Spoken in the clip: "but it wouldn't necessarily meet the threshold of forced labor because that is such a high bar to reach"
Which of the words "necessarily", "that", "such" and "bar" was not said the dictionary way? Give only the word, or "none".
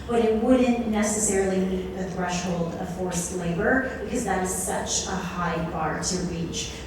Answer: necessarily